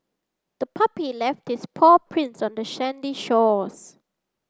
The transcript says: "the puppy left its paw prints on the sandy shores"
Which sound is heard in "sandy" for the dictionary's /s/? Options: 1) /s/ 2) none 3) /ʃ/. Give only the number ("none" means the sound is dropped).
3